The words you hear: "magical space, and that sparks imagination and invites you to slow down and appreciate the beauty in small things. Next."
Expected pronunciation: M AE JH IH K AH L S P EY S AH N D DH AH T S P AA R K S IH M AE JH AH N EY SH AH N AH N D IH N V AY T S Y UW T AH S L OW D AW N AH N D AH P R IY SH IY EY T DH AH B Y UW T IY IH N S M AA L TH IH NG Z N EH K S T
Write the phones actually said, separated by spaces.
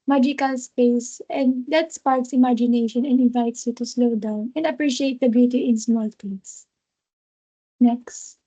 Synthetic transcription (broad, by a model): M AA JH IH K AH L S P EY S AH N D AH T S P AA R K S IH M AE JH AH N EY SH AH N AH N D IH N V AY T S Y UW T AH S L OW D AW N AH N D AH P R IY SH IY EY T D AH B Y UW T IY IH N S M AA L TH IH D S N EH K S T